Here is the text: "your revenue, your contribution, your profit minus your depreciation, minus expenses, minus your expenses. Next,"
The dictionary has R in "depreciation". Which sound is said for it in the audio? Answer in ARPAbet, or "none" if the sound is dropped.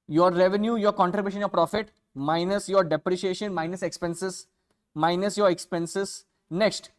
R